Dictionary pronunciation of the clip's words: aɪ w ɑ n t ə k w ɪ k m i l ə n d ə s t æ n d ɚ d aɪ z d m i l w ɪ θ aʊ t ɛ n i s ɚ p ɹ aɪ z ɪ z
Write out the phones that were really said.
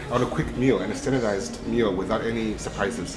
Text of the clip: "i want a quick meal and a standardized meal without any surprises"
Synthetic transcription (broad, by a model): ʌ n ə k w ɪ k m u l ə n ə s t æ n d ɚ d aɪ z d m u l w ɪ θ aʊ t ɛ n i s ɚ p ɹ aɪ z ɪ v